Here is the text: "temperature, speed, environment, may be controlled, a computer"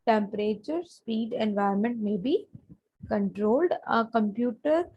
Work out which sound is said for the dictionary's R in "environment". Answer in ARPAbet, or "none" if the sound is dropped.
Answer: none